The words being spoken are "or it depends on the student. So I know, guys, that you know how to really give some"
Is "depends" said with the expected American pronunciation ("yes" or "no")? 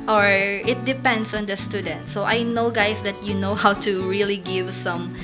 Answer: no